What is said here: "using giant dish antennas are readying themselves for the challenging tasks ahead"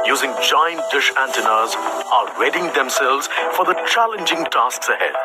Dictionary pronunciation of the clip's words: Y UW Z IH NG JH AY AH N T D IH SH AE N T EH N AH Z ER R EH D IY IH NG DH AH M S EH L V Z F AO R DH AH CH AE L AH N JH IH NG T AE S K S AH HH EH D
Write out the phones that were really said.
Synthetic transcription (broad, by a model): Y UW Z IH NG JH AY AH N T D IH SH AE N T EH N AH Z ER W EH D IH NG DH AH M S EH L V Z F AO R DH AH CH AE L AH N JH IH NG T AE S K S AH HH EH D